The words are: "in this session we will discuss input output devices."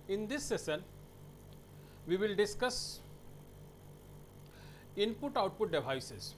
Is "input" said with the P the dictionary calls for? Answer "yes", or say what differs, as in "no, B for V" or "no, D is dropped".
yes